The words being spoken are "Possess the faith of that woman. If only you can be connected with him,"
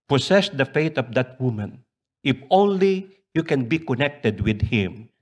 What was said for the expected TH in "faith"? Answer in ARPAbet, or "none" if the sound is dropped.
T